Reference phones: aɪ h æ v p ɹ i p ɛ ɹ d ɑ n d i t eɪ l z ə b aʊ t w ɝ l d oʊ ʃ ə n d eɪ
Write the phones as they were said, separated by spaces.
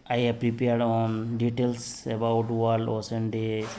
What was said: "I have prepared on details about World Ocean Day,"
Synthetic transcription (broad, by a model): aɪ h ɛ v p ɹ i p ɛ ɹ d ɑ n d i t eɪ l s ə b aʊ t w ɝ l oʊ s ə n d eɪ